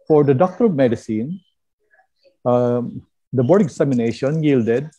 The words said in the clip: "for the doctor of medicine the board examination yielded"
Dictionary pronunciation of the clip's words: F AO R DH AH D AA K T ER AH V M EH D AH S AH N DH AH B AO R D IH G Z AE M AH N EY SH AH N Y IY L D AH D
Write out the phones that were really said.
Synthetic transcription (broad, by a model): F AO R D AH D AA K T ER AH V M EH D AH S AH N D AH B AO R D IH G S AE M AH N EY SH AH N Y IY L D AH D